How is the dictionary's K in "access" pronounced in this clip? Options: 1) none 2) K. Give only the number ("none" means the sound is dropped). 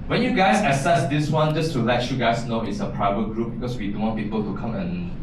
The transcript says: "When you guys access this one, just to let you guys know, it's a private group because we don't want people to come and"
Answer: 1